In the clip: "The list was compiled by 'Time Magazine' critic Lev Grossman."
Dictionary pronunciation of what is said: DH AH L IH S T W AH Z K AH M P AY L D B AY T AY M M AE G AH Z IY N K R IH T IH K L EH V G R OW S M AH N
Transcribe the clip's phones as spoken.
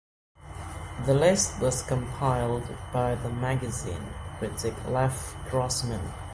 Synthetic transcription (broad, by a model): DH AH L IH S T W AH Z K AH M P AY L D B AY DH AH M M AE G AH Z IY N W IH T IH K L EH F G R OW S M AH N